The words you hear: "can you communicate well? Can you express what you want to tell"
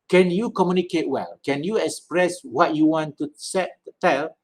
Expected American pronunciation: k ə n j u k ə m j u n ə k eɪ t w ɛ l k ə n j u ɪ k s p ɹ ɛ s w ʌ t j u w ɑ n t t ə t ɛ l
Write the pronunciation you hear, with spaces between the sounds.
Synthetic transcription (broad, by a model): k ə n j u k ə m j u n ə k eɪ t w ɛ l k ə n j u ɪ k s p ɹ ɛ s w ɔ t j u w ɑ n t s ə t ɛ l